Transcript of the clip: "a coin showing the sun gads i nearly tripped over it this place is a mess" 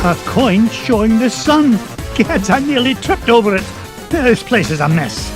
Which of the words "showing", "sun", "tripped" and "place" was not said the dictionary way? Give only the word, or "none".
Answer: none